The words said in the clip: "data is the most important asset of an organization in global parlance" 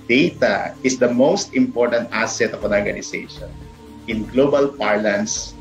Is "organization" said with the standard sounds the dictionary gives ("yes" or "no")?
no